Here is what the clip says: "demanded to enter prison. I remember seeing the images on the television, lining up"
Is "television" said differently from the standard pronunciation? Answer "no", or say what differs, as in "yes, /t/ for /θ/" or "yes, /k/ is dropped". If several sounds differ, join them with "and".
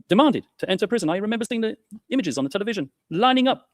no